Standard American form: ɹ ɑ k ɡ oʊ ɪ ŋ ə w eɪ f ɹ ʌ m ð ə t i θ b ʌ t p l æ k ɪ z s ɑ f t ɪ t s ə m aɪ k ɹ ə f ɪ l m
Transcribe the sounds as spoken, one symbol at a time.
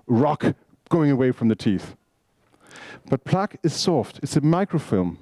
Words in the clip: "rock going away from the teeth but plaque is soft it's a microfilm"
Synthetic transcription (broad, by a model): ɹ ɑ k ɡ oʊ ɪ ŋ ə w eɪ f ɹ ʌ m ð ə t i θ b ʌ t p l æ k ɪ z s ɑ f t ɪ t s ə m aɪ k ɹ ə f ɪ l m